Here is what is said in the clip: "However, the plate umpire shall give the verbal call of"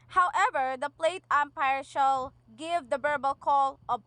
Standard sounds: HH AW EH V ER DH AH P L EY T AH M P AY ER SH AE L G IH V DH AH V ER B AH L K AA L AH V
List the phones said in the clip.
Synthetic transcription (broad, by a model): HH AW EH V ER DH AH P L EY T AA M P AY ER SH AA L G IH V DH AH B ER B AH L K AA L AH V